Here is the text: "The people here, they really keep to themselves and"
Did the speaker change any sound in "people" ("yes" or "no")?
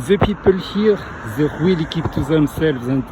no